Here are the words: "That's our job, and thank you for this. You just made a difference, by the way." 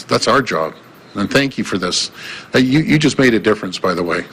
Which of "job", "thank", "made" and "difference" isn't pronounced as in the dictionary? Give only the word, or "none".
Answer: none